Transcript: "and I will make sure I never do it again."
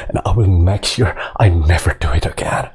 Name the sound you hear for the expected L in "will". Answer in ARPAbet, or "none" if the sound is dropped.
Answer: N